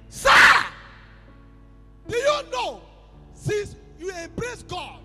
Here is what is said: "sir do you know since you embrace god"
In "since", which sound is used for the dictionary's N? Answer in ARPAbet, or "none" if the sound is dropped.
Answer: none